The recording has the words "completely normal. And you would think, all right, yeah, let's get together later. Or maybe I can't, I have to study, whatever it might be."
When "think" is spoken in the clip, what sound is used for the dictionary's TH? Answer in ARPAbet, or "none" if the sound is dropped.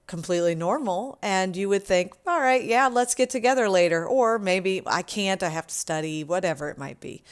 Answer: TH